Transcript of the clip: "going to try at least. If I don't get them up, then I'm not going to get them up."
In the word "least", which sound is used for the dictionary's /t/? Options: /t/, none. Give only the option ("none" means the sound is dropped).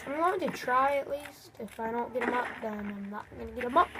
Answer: /t/